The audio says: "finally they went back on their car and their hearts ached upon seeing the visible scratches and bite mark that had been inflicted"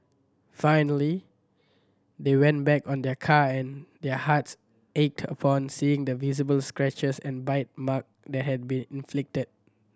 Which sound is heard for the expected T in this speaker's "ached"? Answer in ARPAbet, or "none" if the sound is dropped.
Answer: T